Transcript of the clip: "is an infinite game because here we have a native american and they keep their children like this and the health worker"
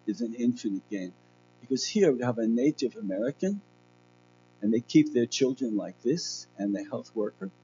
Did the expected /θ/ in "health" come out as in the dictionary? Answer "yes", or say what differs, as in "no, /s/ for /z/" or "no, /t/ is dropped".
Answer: yes